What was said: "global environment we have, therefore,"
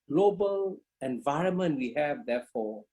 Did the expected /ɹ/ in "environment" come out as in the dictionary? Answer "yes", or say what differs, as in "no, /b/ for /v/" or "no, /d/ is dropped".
yes